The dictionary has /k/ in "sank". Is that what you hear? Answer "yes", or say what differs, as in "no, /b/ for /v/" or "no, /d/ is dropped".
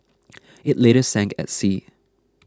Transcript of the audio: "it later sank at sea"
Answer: yes